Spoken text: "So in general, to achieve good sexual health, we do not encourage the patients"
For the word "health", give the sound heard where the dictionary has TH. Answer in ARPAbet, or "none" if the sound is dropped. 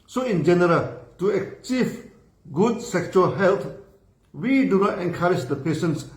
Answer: T